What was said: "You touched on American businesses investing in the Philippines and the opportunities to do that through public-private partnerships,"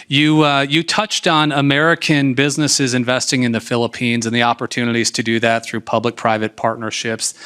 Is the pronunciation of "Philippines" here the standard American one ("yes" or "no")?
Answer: yes